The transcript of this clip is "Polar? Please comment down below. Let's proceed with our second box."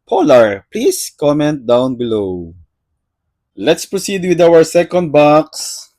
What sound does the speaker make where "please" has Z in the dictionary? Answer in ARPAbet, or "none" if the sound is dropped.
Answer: S